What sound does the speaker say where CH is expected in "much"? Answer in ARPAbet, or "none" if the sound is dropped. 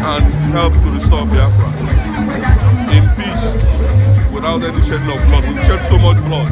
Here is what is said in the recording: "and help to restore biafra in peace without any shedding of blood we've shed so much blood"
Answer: CH